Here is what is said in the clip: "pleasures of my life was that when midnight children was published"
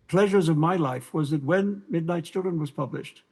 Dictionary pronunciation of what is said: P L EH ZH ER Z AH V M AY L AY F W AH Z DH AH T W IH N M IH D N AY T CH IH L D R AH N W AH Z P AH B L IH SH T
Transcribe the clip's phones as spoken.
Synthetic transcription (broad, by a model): P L EH ZH ER Z AH V M AY L AY F W AH Z DH AH T W IH N M IH D N AY T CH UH D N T W AH Z P AH B L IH SH T